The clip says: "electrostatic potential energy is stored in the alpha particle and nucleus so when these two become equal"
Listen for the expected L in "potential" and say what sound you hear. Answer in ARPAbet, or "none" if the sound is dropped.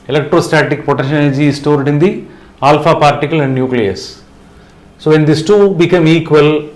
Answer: N